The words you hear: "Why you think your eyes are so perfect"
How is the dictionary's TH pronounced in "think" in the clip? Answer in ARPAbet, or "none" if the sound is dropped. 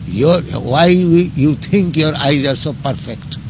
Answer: T